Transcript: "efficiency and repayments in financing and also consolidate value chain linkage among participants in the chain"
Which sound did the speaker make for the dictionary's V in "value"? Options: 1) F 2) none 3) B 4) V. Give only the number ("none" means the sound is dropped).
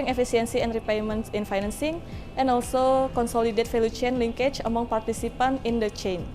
1